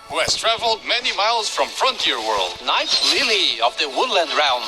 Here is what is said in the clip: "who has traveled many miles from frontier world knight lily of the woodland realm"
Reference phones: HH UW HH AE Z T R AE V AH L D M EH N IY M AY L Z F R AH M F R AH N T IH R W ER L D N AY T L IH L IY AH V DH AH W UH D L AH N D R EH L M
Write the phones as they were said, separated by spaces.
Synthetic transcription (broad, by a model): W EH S T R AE V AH L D M EH N IY M AY L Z F R AH M F R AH N T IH R W ER L D N AY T L IH L IY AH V DH AH W UH D L AH N D R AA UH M